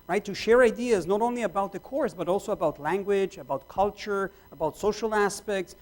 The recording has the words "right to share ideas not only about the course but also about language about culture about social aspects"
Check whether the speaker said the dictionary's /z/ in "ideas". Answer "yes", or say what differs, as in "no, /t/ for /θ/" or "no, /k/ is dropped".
yes